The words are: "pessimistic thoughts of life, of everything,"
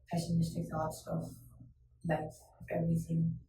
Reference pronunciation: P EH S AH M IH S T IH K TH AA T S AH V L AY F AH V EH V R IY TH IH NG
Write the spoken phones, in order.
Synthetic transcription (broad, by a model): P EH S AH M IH S T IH K T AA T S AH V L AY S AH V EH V R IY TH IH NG